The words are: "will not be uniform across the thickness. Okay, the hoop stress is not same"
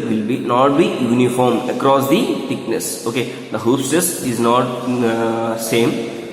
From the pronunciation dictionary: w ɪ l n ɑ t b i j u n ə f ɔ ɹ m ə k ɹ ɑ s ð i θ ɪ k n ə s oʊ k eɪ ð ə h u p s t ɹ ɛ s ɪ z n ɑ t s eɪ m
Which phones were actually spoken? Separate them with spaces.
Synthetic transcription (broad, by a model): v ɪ l n ɑ t b i j u n ə f ɔ ɹ m ə k ɹ ɑ s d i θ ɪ k n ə s oʊ k eɪ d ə h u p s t ɛ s ɪ z n ɑ t s eɪ m